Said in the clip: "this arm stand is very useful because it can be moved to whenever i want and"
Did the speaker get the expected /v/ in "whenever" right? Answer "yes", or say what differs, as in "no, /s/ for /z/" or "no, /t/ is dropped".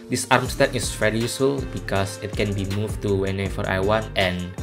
no, /f/ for /v/